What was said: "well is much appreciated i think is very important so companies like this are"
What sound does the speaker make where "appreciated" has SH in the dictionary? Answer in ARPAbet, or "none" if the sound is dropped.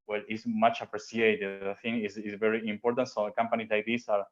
S